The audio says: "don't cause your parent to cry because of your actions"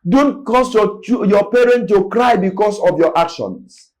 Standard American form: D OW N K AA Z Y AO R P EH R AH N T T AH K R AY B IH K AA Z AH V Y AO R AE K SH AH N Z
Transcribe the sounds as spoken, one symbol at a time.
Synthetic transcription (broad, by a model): D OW N K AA S Y AO P EH R AH N T T AH K R AY B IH K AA S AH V Y AO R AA K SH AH N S